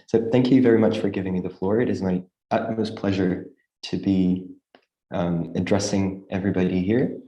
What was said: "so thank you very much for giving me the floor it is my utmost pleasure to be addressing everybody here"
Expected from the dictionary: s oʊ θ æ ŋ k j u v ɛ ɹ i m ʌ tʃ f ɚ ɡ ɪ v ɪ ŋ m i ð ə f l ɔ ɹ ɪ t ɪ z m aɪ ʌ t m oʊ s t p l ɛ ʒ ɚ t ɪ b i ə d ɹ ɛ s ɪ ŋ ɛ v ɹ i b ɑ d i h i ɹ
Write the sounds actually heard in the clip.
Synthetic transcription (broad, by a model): s oʊ θ æ ŋ k j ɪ v ɛ ɹ i m ʌ tʃ f ɚ ɡ ɪ v ɪ ŋ m i ð ə f l ɔ ɹ ɪ t ɪ z m aɪ ʌ t m oʊ s p l ɛ ʒ ɚ t ɪ b i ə d ɹ ɛ s ɪ ŋ ɛ v ɹ i b ɑ d i h i ɹ